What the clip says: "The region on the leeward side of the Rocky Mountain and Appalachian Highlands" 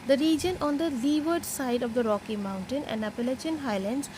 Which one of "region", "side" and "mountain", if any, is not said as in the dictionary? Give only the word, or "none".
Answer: none